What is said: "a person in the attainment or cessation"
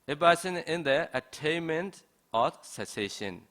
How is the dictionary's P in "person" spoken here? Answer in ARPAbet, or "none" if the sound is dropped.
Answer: B